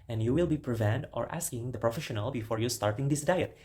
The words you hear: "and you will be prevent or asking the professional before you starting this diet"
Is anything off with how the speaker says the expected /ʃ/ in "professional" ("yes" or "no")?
no